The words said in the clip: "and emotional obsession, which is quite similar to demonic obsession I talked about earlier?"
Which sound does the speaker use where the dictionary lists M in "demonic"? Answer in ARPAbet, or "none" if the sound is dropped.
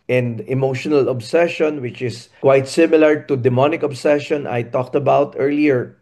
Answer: M